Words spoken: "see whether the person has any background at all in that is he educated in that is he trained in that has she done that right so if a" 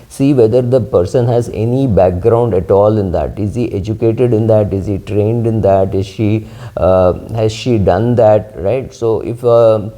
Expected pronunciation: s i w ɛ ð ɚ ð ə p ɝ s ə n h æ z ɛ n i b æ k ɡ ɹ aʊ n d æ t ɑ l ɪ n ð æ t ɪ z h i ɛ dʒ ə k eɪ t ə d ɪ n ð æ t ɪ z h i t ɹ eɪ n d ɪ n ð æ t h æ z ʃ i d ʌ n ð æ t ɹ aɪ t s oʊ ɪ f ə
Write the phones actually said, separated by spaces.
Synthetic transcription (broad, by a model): s i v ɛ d ɚ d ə p ɝ s ə n h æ z ɛ n i b æ k ɡ ɹ aʊ n d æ t ɑ l ɪ n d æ t ɪ z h i ɛ dʒ ə k eɪ t ə d ɪ n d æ t ɪ z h i t ɹ eɪ n d ɪ n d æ t h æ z ʃ i d ʌ n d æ t ɹ aɪ t s oʊ ɪ f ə